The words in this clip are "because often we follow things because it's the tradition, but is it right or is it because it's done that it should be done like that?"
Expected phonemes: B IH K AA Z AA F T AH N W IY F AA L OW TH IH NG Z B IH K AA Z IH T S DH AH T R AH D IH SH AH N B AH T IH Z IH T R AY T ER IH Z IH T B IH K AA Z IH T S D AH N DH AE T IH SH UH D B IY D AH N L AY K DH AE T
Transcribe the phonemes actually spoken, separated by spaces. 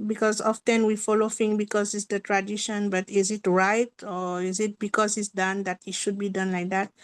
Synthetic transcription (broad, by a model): B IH K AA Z AA F T AH N W IY F AA L OW F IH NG B IH K AA Z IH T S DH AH T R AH D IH SH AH N B AH T IH Z IH T R AY T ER IH Z IH T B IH K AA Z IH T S D AH N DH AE T IH SH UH D B IY D AH N L AY K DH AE T